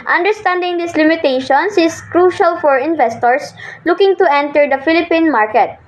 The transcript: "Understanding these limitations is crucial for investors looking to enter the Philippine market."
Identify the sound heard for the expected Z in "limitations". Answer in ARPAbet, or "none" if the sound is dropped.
S